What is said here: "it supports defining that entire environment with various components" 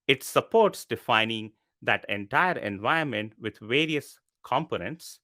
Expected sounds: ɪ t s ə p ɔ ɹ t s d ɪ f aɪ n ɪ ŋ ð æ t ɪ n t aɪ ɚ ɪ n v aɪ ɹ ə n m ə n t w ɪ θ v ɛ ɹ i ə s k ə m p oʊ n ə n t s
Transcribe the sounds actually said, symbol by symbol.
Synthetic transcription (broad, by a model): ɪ t s ə p ɔ ɹ t s d ɪ f aɪ n ɪ ŋ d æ t ɪ n t aɪ ɚ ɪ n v aɪ ə n m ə n t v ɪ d v ɛ ɹ i ə s k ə m p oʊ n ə n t s